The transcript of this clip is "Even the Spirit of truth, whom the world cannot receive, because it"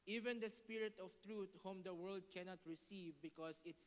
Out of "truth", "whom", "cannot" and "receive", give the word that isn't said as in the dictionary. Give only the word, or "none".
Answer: truth